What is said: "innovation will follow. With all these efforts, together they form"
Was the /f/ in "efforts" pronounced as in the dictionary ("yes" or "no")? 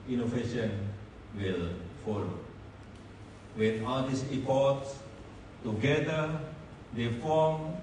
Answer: no